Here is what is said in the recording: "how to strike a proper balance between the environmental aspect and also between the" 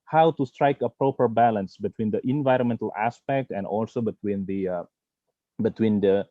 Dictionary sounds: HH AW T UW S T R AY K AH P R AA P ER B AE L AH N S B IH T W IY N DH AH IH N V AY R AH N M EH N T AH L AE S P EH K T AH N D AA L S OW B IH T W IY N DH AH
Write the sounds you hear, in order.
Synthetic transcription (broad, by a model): HH AW T UW S T R AY K AH P R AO P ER B AE L AH N S B IH T W IY N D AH IH N V AY R AH N M EH N T AH L AE S P EH K T AH N D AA L S OW B IH T W IY N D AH